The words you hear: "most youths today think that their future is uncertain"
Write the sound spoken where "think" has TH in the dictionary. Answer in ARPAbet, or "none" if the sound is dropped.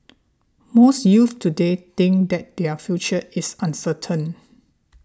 T